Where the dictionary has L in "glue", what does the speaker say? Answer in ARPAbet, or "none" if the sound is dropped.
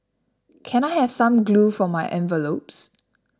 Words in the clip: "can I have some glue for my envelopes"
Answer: L